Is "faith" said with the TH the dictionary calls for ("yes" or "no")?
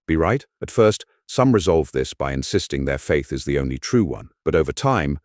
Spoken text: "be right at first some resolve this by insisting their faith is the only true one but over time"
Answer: yes